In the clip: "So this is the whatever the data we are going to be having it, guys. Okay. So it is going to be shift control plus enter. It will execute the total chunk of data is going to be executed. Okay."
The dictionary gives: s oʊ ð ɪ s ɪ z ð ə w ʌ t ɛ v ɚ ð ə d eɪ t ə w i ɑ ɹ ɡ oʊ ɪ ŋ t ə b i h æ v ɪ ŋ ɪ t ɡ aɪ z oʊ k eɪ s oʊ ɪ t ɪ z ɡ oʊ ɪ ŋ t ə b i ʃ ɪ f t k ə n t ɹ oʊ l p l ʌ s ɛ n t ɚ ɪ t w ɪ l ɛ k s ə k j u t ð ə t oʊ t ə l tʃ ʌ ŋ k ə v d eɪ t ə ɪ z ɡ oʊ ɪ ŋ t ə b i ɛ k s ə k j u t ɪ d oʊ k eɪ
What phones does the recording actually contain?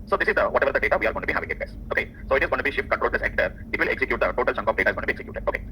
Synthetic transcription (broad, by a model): s oʊ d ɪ s ɪ z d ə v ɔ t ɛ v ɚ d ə d eɪ t ə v i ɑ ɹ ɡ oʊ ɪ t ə b i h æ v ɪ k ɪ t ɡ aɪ s oʊ k eɪ s oʊ ɪ t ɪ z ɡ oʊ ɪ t b i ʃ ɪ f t k ə n t ɹ oʊ l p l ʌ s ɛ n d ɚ ɪ t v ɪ l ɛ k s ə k j u t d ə t oʊ t ə l tʃ ʌ ŋ k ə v d eɪ t ə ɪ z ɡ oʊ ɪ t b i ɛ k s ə k j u t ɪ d oʊ k eɪ